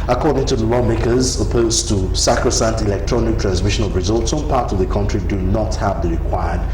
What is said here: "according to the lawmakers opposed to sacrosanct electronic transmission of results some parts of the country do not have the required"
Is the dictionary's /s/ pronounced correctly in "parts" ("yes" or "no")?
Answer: yes